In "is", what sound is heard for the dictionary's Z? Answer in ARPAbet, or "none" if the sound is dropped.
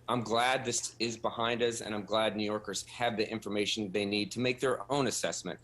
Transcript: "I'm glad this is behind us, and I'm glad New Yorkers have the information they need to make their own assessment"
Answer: Z